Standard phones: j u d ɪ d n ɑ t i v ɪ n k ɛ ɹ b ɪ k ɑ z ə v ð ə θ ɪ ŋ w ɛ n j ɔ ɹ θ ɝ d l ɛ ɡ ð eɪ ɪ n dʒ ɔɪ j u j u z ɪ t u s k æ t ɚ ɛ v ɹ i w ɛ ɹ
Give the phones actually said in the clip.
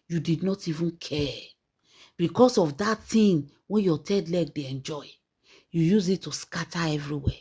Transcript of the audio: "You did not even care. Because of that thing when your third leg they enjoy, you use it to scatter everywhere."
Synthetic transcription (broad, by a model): j u d ɪ d n ɑ t i v ɪ n k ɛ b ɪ k ɑ s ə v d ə t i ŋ w ɛ n j ɔ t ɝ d l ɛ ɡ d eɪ ɪ n dʒ ɔɪ j u j u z ɪ t u s k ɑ t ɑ ɛ v ɹ i w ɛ